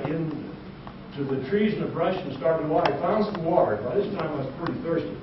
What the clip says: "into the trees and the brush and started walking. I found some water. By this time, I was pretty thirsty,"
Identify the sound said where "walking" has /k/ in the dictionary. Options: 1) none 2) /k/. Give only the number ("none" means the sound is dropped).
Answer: 1